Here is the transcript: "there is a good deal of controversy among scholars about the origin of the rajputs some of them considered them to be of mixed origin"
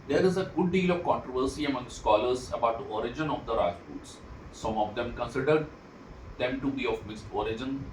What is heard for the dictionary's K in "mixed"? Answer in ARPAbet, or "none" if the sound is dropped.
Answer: none